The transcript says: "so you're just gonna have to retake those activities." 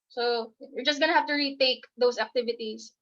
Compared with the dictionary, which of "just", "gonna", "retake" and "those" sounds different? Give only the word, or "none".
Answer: those